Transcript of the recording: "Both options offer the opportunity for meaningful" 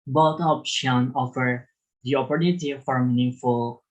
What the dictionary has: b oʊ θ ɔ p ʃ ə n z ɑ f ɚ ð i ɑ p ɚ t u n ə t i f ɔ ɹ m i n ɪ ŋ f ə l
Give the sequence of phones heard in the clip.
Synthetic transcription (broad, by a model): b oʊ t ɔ p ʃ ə n ɑ f ɚ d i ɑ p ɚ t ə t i f ɔ ɹ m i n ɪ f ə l